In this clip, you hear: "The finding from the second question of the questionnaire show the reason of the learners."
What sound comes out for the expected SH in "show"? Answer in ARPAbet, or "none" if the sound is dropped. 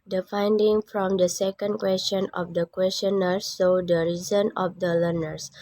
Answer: S